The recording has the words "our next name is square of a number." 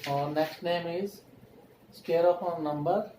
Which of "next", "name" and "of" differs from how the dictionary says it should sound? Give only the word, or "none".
of